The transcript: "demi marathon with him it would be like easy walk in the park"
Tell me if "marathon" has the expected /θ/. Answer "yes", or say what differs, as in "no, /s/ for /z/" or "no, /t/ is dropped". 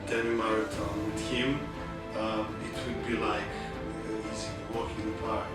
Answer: no, /t/ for /θ/